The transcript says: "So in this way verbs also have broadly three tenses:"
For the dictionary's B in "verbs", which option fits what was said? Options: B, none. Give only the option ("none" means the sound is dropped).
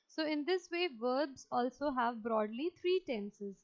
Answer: B